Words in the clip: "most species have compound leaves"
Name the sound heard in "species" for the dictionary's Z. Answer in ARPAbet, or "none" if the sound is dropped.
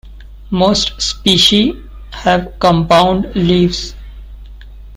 none